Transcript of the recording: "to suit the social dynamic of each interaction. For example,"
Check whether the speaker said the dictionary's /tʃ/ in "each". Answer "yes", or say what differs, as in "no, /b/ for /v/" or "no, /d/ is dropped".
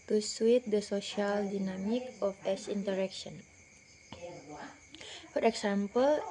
no, /s/ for /tʃ/